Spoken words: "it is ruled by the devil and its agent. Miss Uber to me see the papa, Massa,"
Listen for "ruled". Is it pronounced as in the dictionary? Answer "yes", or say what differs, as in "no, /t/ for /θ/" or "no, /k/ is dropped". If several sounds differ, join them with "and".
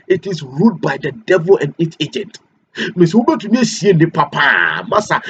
no, /l/ is dropped